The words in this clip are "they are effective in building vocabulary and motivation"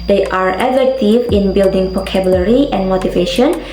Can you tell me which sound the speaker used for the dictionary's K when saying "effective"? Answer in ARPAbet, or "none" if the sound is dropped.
none